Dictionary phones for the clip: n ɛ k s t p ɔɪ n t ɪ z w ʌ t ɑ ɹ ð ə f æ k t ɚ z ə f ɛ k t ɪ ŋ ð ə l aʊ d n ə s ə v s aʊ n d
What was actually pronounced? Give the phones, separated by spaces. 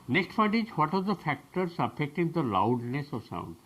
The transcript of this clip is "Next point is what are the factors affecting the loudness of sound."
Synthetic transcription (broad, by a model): n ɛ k s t f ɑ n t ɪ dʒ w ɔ t ɑ ɹ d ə f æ k t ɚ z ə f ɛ k t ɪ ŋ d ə l aʊ d n ə s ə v s aʊ n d